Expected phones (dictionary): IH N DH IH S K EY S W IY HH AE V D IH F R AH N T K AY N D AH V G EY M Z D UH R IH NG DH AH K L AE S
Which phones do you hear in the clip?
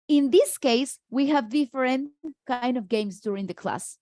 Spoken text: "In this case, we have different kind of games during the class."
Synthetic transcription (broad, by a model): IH N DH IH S K EY S W IY HH AE V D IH F R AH N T K AY N D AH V G EY M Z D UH R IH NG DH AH K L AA S